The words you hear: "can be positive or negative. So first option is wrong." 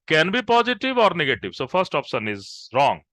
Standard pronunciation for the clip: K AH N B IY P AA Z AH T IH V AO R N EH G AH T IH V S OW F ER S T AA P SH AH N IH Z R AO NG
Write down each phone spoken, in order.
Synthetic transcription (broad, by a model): K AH N B IY P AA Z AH T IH V AO R N EH G AH T IH V S OW F ER S T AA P S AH N IH Z R AO NG